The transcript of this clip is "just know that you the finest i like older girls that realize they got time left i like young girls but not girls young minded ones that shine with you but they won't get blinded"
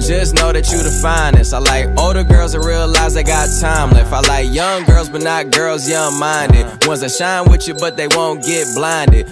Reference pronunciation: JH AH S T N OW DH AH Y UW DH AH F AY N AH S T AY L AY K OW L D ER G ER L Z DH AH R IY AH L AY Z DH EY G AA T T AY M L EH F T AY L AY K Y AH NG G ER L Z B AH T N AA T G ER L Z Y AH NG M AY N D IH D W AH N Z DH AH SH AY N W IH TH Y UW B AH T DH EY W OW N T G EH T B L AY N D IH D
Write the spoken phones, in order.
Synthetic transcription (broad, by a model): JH AH S N OW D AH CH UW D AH F AY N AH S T AY L AY K OW L D ER G ER L Z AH R IY AH L AY Z DH EY G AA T T AY M L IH F AY L AY K Y AH NG G ER L Z B AH T N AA T G ER L Z Y AH NG M AY N D IH D W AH N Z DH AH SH AY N W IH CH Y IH B AH T DH EY W OW N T G EH T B L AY N D IH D